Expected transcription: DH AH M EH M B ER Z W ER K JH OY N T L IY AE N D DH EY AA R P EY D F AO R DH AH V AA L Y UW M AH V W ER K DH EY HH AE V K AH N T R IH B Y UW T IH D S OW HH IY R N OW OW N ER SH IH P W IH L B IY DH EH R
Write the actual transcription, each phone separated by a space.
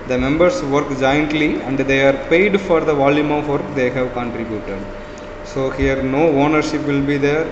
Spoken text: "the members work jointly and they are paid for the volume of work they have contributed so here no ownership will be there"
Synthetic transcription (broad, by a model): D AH M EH M B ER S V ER K JH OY N T L IY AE N D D EY AA R P EY D F AO R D AH V AA L Y UW M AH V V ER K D EY HH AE V K AH N T R IH B Y UW T IH D S OW HH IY R N OW OW N ER SH IH P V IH L B IY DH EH R